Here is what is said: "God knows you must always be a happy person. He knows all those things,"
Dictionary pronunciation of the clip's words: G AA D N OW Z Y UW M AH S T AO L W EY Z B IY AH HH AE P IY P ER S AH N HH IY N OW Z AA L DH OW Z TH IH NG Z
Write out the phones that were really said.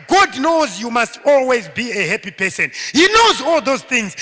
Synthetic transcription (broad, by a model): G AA D N OW Z Y UW M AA S T AO L W EY Z B IY AH HH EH P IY P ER S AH N HH IY N OW Z AA L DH OW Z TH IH NG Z